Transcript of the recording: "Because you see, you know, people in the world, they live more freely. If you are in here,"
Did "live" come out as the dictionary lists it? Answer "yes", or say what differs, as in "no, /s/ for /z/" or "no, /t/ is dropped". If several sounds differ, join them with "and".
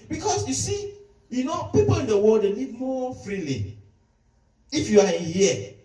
no, /n/ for /l/